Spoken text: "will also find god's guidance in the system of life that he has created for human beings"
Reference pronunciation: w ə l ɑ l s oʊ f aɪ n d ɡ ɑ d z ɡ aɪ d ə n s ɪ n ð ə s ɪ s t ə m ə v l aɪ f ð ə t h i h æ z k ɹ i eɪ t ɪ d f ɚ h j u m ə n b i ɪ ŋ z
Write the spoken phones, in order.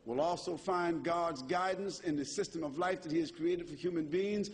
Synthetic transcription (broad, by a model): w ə l ɑ l s oʊ f aɪ n ɡ ɑ d z ɡ aɪ d n s ɪ n ð ə s ɪ s t ə m ə v l aɪ f ð ə t h i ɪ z k ɹ i eɪ t ɪ d f ɚ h j u m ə n b i ɪ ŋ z